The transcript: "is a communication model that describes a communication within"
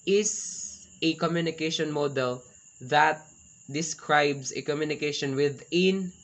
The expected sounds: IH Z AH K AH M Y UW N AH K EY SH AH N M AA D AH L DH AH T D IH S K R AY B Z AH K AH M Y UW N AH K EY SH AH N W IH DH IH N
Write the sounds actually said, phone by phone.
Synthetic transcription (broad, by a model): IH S AH K AH M Y UW N AH K EY SH AH N M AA D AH L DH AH T D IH S K R AY B S AH K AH M Y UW N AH K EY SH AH N W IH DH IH N